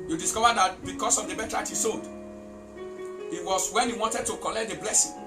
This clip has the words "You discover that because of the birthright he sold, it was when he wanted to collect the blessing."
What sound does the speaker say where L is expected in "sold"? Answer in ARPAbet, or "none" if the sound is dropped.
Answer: none